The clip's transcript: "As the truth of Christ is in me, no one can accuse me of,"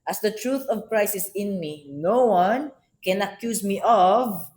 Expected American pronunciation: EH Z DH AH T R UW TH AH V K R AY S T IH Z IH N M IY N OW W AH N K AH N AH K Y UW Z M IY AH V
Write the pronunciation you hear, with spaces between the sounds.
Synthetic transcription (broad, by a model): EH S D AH T R UW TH AH V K R AY S IH S IH N M IY N OW W AH N K AH N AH K Y UW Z M IY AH V